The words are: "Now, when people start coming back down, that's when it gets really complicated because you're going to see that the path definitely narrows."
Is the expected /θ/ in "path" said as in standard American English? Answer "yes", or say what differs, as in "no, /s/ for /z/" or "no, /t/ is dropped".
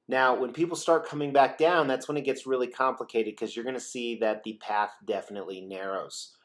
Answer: yes